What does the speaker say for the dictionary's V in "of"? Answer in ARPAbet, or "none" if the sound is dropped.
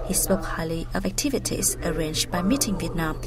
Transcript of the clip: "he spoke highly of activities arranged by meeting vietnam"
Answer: V